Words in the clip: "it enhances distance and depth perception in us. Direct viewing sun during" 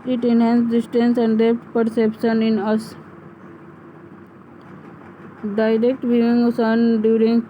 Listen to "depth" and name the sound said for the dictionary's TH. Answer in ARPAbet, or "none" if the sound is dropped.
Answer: T